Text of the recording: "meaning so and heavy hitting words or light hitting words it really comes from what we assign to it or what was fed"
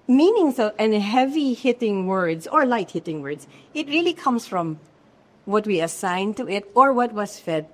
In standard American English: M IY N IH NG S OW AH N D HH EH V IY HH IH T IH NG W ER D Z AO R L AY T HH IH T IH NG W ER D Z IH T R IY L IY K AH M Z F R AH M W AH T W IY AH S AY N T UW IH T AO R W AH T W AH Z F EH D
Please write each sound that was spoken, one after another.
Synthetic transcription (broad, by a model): M IY N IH NG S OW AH N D HH EH V IY HH IH T IH NG W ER D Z AO R L AY T HH IH T IH NG W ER D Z IH T R IY L IY K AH M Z F R AH M W AH T W IY AH S AY N T UW IH T AO R W AH T W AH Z F EH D